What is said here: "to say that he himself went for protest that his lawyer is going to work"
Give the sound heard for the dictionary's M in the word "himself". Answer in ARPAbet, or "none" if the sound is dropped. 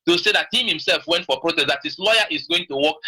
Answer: M